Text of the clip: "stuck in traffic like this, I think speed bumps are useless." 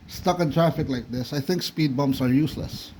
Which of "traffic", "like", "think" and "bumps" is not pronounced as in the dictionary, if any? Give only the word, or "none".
bumps